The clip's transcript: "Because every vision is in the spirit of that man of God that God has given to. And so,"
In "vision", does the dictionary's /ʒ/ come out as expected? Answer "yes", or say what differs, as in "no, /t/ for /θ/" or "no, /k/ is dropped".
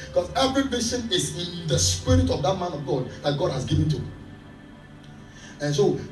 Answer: no, /s/ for /ʒ/